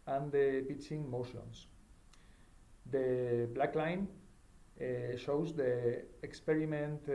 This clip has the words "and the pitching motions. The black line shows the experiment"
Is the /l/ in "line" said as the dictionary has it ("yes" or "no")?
yes